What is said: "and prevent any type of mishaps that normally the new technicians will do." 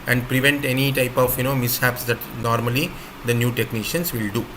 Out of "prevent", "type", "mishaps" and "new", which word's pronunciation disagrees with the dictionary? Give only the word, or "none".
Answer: none